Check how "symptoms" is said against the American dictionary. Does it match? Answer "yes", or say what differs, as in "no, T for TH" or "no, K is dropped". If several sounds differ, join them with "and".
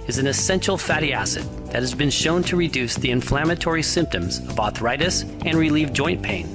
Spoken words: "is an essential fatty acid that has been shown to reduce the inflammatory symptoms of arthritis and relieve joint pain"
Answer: yes